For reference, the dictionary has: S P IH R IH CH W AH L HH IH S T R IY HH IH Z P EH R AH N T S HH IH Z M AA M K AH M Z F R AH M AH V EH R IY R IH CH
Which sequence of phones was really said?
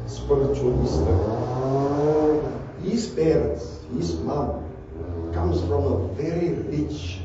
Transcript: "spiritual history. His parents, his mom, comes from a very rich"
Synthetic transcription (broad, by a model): S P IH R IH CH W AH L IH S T IY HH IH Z B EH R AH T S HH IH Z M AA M K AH M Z F R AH M AH V EH R IY R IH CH